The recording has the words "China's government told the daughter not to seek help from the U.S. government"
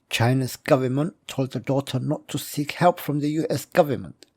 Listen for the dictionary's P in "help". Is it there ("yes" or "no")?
yes